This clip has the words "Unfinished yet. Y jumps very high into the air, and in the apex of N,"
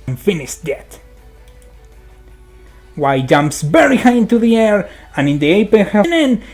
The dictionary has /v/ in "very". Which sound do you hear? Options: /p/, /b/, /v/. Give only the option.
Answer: /b/